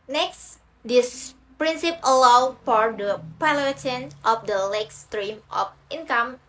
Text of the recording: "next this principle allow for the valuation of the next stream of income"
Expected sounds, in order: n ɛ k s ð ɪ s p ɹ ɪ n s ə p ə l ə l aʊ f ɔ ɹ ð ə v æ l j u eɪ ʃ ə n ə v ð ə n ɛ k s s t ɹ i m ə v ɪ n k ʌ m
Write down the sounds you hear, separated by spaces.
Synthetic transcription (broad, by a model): n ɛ k s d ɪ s p ɹ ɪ n s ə p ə l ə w f ɔ ɹ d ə p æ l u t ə n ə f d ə l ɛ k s s t ɹ i m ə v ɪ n k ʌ m